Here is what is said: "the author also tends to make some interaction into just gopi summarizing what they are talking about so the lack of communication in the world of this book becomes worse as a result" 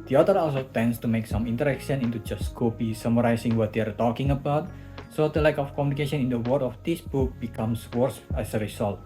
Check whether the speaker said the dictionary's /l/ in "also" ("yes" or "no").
yes